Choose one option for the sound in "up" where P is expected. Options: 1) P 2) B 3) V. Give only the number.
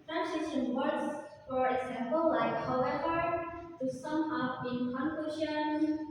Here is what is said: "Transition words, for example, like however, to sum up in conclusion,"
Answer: 2